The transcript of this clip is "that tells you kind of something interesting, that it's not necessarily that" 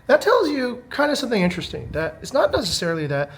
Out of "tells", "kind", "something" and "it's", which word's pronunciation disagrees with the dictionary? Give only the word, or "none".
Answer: none